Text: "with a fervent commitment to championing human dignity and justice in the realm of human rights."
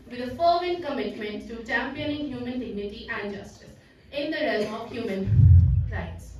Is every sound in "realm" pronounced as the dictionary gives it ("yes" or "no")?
yes